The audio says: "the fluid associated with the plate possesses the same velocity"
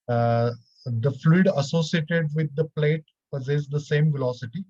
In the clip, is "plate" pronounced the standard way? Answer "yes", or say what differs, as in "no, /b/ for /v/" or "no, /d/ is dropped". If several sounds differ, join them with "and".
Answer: yes